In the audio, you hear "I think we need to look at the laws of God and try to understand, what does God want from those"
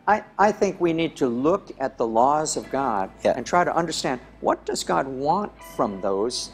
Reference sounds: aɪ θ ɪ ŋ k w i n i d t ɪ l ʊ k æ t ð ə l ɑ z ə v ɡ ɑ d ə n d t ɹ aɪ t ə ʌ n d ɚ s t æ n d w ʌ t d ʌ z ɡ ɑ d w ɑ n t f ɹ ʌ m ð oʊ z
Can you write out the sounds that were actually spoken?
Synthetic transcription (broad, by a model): aɪ θ ɪ ŋ k w i n i d t ɪ l ʊ k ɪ t ð ə l ɑ z ə v ɡ ɑ d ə n t ɹ aɪ t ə ʌ n d ɚ s t æ n d w ʌ t d ʌ z ɡ ɑ d w ɑ n t f ɹ ʌ m ð oʊ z